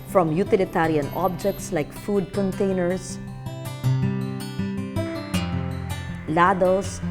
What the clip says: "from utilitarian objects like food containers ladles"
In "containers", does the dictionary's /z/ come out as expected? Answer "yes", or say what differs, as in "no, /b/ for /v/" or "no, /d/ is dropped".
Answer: no, /s/ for /z/